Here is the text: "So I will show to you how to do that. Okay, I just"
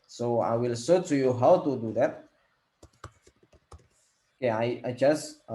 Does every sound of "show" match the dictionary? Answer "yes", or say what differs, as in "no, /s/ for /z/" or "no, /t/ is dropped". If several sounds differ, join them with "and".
no, /s/ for /ʃ/